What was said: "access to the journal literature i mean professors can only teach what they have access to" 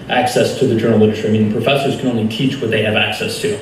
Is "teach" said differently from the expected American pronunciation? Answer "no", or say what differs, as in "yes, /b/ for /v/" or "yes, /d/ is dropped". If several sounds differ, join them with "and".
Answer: no